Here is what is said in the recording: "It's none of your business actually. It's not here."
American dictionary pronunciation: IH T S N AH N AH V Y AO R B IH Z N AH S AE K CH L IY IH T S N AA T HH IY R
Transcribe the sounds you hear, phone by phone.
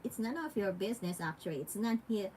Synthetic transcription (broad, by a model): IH T S N AH N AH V Y AO R B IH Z N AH S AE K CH IY IH T S N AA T HH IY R